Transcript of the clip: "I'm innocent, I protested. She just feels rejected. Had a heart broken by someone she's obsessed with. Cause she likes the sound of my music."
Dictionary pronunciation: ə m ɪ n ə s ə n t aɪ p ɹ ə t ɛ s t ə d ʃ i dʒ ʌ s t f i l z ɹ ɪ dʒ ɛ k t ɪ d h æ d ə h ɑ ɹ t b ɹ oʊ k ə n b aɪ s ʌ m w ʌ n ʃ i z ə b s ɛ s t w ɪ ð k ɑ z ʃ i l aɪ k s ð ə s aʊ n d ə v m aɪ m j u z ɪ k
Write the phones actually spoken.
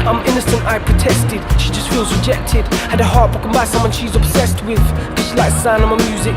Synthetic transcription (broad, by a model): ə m ɪ n ə s ə n t aɪ p ɹ ə t ɛ s t ə d ʃ i dʒ ʌ s t f i l z ɹ ɪ dʒ ɛ k t ɪ d h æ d ə h ɑ ɹ t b oʊ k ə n b aɪ s ʌ m w ʌ n ʃ i z ə b s ɛ s t w ɪ ð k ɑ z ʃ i l aɪ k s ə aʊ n ə m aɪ m j u z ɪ k